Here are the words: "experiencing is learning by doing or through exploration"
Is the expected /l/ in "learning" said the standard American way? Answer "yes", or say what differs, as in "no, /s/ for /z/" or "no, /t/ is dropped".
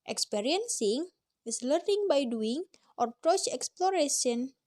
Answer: yes